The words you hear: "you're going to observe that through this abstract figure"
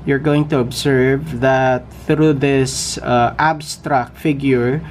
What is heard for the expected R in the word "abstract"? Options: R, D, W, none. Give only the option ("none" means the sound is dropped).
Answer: R